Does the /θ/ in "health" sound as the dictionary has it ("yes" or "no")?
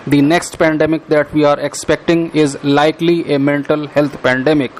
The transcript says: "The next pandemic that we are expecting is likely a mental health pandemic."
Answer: no